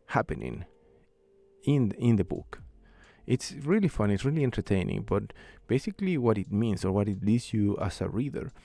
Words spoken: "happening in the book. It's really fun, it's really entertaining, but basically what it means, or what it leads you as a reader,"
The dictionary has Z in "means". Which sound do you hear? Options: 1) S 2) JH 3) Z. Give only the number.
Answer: 1